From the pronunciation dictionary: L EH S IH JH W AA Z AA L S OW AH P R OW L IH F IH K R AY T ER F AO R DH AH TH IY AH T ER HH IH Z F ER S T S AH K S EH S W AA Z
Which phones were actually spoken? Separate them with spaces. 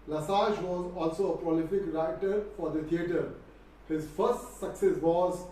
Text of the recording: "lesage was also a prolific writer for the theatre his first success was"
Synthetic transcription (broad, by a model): L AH S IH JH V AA Z AA L S OW AH P R OW L IH F IH K R AY T ER F AO R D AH T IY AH T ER HH IH Z F ER S T S AH K S EH S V AA Z